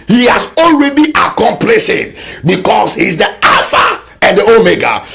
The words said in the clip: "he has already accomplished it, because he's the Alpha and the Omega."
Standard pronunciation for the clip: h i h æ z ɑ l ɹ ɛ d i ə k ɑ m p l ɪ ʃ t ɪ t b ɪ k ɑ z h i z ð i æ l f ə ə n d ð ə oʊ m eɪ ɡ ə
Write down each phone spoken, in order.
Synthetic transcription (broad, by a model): h i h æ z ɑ l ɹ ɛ d i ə k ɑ m p l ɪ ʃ ɪ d b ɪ k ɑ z h i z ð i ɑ f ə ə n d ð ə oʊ m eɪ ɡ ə